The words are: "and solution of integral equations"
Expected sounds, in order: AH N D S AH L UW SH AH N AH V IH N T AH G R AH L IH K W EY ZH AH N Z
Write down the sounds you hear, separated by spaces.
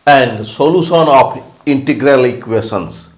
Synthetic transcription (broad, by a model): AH N D S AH L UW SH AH N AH F IH N T AH G R AH L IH K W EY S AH N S